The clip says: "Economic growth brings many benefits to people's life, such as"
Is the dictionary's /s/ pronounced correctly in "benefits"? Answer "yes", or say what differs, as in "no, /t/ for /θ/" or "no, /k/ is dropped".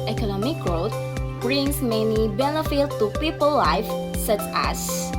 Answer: no, /s/ is dropped